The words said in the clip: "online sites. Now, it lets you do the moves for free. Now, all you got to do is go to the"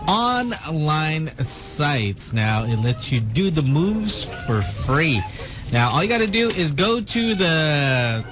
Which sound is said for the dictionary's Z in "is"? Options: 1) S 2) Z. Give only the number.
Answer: 2